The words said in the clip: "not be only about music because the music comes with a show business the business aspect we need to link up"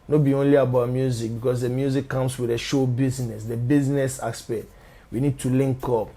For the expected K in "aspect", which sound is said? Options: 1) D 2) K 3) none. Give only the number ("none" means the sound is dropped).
3